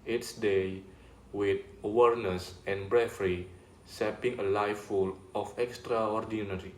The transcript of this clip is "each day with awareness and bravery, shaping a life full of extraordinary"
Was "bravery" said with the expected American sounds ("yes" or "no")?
no